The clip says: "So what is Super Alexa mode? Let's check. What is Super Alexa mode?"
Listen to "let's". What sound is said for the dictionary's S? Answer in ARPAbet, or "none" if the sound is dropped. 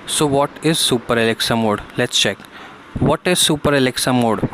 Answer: S